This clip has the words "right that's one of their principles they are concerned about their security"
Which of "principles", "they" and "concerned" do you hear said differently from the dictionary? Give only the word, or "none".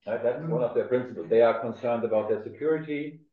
none